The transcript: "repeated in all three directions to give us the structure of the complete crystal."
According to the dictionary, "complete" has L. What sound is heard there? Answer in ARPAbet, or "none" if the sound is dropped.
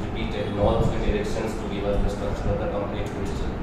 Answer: N